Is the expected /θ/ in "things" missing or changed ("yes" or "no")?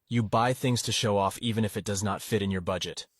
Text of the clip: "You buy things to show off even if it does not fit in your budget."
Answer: no